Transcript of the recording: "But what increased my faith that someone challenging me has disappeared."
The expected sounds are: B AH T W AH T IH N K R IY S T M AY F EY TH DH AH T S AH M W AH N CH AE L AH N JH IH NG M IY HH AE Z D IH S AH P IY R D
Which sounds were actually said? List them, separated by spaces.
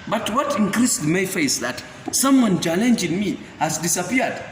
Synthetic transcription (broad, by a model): B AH T W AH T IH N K R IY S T M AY F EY S DH AH T S AH M W AH N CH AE L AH N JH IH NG M IY HH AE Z D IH S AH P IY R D